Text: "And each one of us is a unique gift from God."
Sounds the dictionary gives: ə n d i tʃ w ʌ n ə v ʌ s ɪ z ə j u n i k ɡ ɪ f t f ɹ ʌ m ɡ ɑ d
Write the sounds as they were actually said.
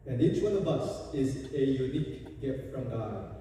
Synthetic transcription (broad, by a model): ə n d i tʃ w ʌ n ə b ʌ s ɪ z ə j u n i k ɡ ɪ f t f ɹ ʌ m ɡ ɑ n